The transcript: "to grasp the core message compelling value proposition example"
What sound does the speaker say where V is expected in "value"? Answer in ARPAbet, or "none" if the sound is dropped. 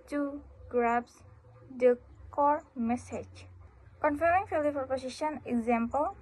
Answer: F